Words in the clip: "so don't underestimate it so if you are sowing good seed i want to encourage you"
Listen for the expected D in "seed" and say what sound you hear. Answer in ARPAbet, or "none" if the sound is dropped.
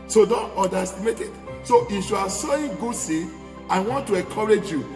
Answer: none